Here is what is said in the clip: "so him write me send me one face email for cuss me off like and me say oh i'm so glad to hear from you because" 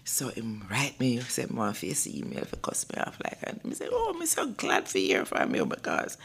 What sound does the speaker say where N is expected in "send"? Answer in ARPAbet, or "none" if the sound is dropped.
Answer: none